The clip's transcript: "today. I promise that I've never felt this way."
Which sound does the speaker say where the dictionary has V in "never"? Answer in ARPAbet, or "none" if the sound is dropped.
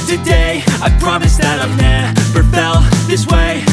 P